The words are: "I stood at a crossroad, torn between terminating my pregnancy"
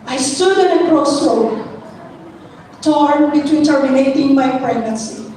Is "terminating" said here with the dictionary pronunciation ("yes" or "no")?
no